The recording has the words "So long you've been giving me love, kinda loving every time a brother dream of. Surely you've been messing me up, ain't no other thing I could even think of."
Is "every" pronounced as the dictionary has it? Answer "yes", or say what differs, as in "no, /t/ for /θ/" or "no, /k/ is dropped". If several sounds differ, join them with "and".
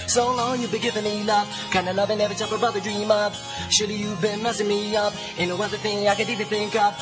no, /ɹ/ is dropped